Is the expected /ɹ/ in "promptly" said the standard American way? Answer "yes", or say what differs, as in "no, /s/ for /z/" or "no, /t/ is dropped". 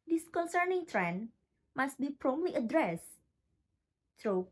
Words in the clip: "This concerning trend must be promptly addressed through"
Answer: yes